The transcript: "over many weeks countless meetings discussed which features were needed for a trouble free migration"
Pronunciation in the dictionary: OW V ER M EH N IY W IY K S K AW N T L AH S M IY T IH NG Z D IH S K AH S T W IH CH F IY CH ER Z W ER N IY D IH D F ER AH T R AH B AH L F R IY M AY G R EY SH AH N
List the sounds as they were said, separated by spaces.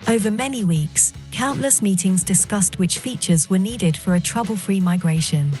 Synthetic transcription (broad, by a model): OW V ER M EH N IY W IY K S K AW N T L AH S M IY T IH NG Z D IH S K AH S T W IH CH F IY CH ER Z W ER N IY D IH D F ER AH T R AH B AH L F R IY M AY G R EY SH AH N